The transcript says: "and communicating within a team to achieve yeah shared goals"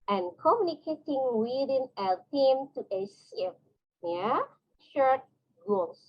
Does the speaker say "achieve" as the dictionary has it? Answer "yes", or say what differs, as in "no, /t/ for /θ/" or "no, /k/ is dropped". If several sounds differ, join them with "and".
no, /s/ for /tʃ/